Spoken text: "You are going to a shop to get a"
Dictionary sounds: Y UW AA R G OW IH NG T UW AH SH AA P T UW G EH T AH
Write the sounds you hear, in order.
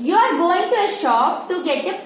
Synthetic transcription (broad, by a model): Y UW AA R G OW IH NG T UW AH SH AA P T UW G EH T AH